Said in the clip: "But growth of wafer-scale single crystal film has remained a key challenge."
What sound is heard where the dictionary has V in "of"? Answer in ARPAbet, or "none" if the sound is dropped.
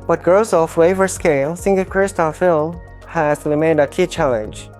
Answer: F